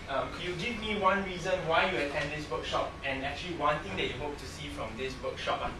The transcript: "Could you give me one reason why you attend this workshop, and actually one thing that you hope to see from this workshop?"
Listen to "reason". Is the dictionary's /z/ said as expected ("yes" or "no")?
yes